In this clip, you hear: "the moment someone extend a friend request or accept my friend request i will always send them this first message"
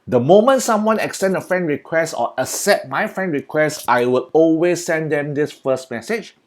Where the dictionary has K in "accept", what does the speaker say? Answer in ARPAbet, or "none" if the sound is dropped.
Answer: none